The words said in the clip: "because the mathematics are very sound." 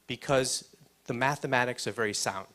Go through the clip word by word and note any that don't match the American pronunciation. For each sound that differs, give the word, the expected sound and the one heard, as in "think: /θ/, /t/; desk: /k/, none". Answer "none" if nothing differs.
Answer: none